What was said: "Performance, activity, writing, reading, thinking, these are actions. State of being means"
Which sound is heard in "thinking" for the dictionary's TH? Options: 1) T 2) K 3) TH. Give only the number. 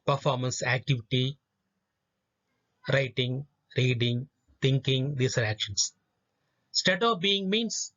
1